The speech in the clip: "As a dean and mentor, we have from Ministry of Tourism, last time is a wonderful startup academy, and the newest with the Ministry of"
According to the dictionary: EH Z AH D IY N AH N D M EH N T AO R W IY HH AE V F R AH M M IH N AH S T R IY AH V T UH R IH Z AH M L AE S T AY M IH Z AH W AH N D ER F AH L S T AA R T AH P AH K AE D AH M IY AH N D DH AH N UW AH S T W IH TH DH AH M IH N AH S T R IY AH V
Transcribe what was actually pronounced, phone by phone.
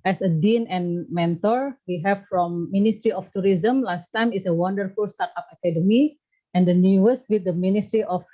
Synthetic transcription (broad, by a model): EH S AH D IY N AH N M EH N T AO R W IY HH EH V F R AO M M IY N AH S T R IY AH F T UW R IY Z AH M L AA S T AY M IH S AH W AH N D ER F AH L S T AA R T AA P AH K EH D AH M IY AH N D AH N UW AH S W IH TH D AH M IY N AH S T R IY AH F